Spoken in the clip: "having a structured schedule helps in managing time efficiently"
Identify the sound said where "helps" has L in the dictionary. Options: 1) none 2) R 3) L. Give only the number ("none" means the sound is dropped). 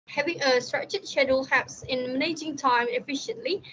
1